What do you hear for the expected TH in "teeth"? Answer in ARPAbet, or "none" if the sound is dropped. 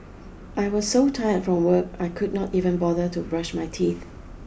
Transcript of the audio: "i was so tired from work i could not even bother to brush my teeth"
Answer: TH